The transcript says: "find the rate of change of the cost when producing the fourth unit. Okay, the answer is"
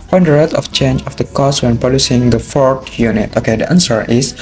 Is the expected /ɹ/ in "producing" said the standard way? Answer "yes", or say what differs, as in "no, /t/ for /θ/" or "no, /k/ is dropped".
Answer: no, /ɹ/ is dropped